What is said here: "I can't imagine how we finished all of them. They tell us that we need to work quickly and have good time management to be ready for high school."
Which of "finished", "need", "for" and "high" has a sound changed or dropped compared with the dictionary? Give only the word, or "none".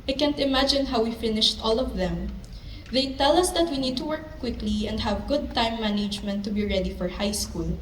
none